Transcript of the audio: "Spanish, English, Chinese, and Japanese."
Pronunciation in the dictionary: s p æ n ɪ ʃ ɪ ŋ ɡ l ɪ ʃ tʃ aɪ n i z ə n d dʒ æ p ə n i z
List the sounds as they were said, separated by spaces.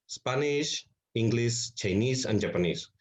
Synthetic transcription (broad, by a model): s p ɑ n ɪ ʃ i ŋ ɡ l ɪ s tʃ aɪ n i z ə n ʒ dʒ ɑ p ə n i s